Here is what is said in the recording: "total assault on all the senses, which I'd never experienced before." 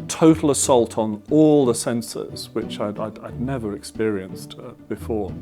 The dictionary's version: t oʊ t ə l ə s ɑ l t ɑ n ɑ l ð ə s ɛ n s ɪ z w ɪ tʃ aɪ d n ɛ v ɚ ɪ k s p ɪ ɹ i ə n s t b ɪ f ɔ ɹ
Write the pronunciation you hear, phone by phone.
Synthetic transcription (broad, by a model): t oʊ t l ə s ɑ l t n ɑ l ð ə s ɛ n s ɪ z w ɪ tʃ aɪ d n ɛ v ɚ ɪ k s p ɪ ɹ i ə n s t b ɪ f ɔ ɹ